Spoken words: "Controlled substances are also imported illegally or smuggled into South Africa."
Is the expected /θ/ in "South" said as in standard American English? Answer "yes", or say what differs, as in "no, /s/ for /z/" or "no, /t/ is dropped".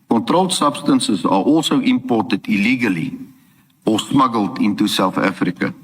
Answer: no, /f/ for /θ/